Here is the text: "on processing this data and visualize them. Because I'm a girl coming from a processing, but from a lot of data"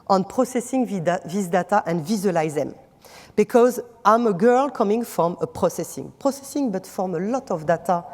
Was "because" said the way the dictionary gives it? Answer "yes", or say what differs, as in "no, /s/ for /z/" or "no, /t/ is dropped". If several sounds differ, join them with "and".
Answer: yes